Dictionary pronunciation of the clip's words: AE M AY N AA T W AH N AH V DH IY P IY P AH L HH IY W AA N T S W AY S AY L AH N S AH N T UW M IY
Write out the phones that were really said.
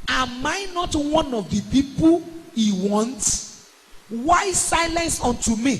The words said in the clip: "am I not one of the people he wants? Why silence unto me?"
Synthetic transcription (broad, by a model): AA M AY N AA T W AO N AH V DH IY P IY P AH L HH IY W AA N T W AY S AY L AH N S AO N T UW M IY